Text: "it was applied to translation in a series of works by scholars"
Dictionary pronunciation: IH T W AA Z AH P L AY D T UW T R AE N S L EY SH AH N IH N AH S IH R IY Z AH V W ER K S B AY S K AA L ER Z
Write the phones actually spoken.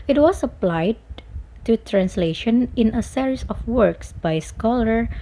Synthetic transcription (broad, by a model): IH T W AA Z AH P L AY D T UW T R AE N S L EY SH AH N IH N AH S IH R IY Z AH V W ER K S B AY S K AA L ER